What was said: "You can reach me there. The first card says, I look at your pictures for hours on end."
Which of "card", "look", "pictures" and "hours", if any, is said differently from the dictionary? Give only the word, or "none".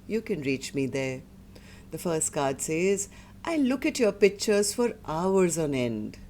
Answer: none